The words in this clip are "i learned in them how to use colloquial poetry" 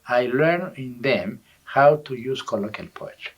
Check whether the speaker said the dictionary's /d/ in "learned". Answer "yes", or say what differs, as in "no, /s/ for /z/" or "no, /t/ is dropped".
no, /d/ is dropped